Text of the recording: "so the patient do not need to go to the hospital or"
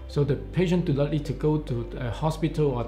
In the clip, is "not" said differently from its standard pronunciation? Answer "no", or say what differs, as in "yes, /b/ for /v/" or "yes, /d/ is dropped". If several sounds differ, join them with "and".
yes, /l/ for /n/